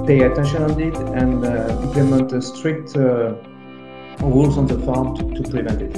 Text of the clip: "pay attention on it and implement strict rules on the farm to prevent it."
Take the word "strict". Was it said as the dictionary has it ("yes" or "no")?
yes